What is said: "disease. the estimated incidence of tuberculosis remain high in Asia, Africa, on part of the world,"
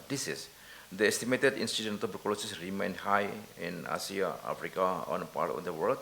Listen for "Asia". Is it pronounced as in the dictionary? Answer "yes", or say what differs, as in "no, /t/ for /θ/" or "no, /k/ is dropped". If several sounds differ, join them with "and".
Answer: no, /s/ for /ʒ/